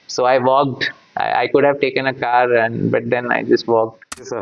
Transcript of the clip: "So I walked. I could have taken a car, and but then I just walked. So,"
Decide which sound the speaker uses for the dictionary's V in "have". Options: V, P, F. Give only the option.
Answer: V